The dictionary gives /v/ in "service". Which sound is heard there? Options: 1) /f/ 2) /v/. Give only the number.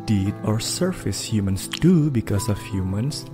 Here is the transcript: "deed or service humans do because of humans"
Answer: 1